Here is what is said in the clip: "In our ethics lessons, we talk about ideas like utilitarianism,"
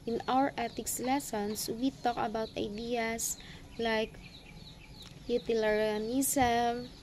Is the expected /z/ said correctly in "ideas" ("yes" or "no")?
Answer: no